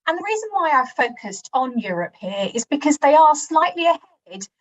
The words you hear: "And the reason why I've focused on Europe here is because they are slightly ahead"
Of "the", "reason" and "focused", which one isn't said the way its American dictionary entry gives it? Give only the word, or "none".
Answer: none